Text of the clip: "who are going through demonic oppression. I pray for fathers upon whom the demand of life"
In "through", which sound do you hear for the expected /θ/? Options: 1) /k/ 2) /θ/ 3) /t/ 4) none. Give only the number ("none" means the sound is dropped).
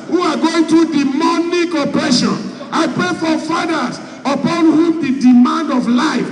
3